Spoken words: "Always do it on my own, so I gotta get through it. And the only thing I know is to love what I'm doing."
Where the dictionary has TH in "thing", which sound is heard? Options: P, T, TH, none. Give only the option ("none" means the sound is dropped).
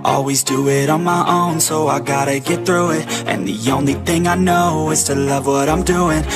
TH